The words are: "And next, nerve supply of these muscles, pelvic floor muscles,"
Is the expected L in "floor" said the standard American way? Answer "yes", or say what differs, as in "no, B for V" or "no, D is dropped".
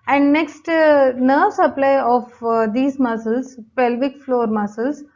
yes